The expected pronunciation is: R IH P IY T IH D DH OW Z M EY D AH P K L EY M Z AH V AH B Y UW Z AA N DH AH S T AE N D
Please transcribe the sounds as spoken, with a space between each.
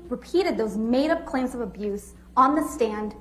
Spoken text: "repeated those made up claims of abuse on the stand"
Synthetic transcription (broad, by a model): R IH P IY T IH D DH OW Z M EY D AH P K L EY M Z AH V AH B Y UW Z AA N DH AH S T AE N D